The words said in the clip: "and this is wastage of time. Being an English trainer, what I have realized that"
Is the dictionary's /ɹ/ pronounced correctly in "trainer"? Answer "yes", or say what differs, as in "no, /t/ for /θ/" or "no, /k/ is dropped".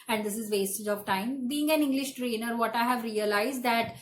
yes